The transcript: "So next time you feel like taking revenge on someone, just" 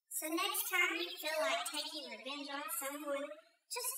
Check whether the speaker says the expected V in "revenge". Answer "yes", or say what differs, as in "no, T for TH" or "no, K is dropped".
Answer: no, B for V